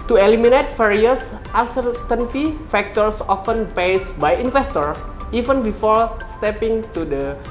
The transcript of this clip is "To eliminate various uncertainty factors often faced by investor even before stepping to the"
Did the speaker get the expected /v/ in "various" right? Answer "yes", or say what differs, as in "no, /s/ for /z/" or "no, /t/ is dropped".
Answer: no, /f/ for /v/